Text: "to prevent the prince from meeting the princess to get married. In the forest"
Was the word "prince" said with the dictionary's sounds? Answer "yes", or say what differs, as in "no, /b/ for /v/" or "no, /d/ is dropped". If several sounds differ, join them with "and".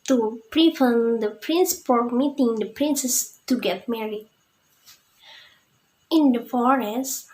yes